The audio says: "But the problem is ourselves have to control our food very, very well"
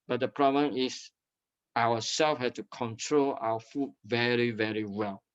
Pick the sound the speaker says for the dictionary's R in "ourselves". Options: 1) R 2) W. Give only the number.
2